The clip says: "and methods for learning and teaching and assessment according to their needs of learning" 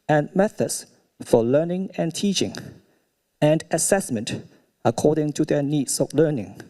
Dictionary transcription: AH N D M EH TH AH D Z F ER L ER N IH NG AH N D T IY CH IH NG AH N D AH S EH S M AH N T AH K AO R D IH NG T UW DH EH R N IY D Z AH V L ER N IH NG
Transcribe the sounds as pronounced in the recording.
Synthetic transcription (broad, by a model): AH N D M EH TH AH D S F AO L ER N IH NG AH N T IY CH IH NG AH N D AH S EH S M AH N T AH K AO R D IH NG T UW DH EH N IY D S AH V L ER N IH NG